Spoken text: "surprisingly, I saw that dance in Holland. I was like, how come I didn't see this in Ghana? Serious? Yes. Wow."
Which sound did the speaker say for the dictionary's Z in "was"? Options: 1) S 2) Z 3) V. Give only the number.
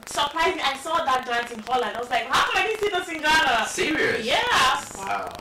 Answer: 1